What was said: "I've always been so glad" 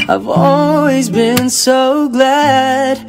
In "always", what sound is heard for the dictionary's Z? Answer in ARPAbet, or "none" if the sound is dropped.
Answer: Z